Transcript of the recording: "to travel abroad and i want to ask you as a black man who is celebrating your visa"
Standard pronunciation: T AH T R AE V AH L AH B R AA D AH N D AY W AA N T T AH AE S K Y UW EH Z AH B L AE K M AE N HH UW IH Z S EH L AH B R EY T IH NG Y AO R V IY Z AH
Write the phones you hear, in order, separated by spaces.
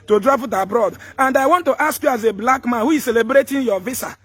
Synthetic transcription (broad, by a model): T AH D R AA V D AH B R AA D AH N D AY W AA N T T AH S K Y UW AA Z AH B L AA K M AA N HH UW IH Z S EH L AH B R EY T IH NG Y AO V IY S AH